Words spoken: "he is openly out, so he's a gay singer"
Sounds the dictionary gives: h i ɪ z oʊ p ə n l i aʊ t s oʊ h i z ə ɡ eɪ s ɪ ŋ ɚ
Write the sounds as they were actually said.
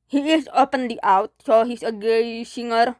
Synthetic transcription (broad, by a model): h i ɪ s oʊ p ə n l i aʊ t s oʊ h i s ə ɡ eɪ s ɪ ŋ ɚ